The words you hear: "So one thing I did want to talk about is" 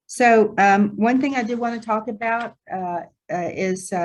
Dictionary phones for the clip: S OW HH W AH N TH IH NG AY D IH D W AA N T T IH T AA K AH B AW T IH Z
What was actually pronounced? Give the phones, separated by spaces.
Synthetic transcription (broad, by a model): S OW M W AH N TH IH NG AY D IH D W AA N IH T AA K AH B AW T IH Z